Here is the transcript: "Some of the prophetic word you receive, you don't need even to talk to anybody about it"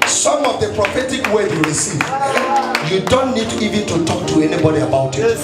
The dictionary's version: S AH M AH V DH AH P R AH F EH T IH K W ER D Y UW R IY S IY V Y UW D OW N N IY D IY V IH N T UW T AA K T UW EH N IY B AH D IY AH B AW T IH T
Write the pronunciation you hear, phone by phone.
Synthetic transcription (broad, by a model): S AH M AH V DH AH P R AH F EH T IH K W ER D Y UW R IY S IY V Y UW D OW N N IY D IY V IH N T UW T AA K T UW EH N IY B AH D IY AH B AW T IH T